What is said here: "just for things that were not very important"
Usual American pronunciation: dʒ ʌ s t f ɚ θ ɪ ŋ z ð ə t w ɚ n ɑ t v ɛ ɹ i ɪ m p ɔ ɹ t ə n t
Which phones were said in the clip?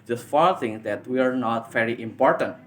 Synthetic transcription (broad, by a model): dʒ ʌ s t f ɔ t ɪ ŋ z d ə t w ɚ n ɑ t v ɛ ɹ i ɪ m p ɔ ɹ t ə n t